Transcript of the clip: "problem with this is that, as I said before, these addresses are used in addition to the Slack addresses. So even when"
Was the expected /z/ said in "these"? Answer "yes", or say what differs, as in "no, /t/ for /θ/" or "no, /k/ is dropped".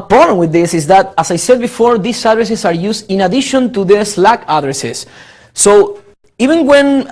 no, /s/ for /z/